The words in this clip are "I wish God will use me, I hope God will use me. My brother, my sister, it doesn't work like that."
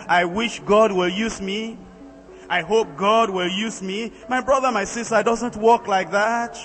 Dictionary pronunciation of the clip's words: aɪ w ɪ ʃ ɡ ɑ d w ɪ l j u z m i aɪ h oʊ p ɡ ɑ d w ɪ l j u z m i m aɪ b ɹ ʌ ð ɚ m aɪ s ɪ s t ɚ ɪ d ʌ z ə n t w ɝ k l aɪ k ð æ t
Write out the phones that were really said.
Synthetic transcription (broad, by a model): aɪ w ɪ ʃ ɡ ɑ d w ɪ l j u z m i aɪ h oʊ p ɡ ɑ d w ɪ l j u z m i m aɪ b ɹ ʌ ð ɚ m aɪ s ɪ s t ɚ d ʌ z ə n t w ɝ k l aɪ k ð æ t